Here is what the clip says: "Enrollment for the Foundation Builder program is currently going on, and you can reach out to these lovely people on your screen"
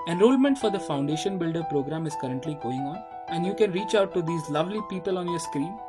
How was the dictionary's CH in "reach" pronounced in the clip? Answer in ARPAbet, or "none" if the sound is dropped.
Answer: CH